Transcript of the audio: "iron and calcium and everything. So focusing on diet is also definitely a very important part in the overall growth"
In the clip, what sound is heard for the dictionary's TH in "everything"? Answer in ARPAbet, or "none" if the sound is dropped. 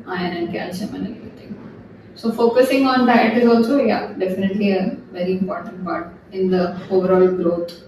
T